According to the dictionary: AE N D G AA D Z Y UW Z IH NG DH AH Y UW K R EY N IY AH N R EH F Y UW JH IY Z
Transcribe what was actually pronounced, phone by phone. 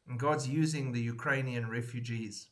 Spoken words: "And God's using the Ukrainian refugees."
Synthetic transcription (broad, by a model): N G AA D Z Y UW Z IH NG DH AH Y UW K R EY N IY AH N R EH F Y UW JH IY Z